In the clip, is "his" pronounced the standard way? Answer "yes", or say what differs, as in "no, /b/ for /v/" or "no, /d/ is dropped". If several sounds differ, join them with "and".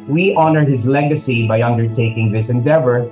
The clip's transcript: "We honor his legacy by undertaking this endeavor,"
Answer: yes